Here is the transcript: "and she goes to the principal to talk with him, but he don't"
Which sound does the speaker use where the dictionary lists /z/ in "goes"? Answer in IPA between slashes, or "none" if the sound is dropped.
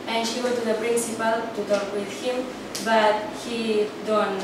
none